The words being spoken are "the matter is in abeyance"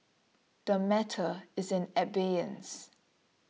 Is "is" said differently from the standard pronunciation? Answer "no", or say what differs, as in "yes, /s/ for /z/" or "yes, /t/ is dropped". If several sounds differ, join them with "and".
no